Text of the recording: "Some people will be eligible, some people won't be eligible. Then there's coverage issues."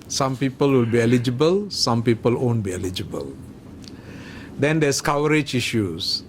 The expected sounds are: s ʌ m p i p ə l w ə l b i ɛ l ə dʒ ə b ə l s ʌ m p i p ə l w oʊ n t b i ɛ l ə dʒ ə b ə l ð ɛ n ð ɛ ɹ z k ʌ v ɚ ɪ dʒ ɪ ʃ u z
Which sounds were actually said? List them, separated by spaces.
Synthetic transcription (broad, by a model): s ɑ m p i p ə l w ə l b i ɛ l ə dʒ ə b ə l s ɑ m p i p ə l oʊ n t b i ɛ l ə dʒ ə b ə l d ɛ n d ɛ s k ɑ w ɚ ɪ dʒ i ʃ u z